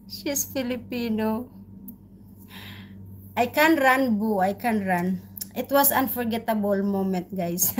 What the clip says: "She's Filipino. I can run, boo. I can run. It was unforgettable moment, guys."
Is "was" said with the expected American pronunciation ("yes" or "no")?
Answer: no